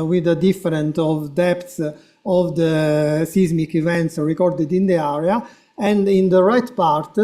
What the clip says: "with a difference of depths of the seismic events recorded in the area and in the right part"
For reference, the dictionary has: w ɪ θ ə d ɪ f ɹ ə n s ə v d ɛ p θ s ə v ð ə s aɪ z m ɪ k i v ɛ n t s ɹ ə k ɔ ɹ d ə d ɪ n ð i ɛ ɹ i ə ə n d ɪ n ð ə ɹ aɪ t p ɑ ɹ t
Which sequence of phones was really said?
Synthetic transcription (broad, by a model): w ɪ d ə d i f ɹ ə n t ə v d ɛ p t s ə v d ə s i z m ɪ k i v ɛ n t s ɹ ə k ɔ ɹ d ə d ɪ n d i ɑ ɹ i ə ə n d ɪ n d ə ɹ aɪ t p ɑ ɹ t